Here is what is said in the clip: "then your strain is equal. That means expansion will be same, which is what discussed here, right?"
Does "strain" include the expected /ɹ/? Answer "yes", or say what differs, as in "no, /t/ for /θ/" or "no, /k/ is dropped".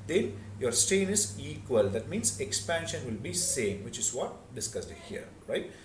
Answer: no, /ɹ/ is dropped